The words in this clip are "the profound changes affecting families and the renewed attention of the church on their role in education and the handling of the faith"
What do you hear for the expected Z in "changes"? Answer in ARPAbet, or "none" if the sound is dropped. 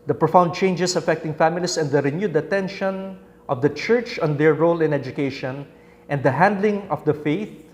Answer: S